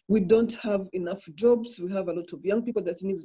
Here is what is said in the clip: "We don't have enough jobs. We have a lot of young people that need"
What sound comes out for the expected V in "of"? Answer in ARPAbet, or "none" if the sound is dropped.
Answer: V